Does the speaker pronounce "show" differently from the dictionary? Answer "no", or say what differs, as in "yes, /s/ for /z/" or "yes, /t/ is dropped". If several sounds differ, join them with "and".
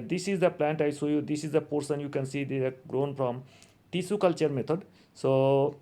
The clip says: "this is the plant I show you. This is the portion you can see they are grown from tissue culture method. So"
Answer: yes, /s/ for /ʃ/